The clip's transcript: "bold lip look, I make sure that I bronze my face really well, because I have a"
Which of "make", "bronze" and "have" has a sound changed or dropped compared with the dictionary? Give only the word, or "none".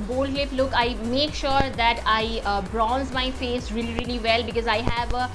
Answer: none